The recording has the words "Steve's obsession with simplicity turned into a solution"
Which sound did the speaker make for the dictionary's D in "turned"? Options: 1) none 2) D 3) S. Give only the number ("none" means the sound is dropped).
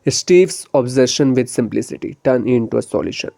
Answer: 1